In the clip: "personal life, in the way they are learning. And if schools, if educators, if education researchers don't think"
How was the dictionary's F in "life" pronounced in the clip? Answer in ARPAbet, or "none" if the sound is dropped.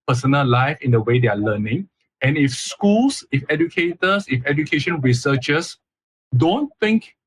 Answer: F